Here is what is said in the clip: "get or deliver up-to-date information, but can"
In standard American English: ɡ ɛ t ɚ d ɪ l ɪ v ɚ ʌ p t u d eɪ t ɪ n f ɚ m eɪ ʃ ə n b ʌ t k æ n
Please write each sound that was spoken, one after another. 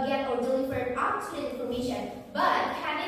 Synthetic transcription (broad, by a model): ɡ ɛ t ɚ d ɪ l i f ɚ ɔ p t u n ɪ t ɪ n f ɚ m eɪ ʃ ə n b ʌ t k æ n